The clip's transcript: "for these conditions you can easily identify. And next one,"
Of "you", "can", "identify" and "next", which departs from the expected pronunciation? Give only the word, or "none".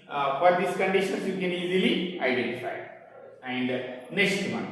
next